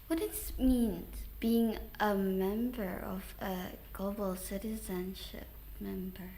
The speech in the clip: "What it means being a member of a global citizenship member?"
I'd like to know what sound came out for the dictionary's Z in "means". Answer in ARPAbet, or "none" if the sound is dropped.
none